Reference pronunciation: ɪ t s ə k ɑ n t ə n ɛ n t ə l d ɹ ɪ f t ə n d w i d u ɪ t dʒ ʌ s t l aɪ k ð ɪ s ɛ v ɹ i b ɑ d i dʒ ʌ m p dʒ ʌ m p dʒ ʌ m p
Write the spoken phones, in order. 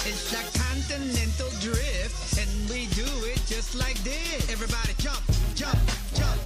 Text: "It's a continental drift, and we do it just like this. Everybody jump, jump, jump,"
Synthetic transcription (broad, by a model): ɪ t s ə k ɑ n t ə n ɛ n t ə l d ɹ ɪ f t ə n w i d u ɪ t dʒ ʌ s t l aɪ k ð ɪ ɛ v ɹ i b ɑ d i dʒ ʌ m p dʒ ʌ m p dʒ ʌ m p